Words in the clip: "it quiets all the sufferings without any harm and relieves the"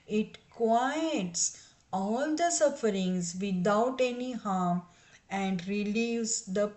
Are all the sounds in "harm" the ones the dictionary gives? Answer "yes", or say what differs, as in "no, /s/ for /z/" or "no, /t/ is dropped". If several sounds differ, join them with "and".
yes